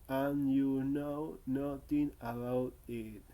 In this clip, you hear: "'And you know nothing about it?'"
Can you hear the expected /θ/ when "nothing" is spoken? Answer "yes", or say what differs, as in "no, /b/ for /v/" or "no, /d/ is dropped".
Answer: no, /t/ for /θ/